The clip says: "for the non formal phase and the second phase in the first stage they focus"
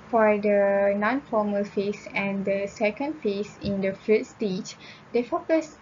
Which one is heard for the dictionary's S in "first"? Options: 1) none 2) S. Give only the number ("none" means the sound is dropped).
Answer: 1